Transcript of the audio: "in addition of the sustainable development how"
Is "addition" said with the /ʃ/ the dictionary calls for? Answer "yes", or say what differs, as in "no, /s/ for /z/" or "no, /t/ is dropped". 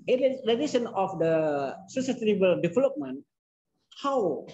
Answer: no, /s/ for /ʃ/